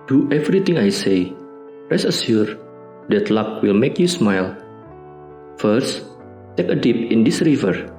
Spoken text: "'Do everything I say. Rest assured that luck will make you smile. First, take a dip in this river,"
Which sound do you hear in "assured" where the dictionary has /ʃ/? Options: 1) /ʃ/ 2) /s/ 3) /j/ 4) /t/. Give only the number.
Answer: 2